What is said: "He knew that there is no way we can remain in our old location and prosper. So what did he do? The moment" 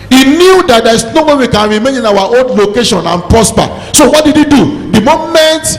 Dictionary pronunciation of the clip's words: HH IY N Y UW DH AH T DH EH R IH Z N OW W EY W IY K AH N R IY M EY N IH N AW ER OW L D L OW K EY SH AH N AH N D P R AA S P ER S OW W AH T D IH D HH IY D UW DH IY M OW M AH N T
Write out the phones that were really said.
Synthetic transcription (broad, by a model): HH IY N Y UW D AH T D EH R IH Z N OW W EY W IY K AH N R IY M EY N IH N AW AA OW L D L OW K EY SH AH N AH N P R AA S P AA S OW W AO T D IH D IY D UW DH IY M OW M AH N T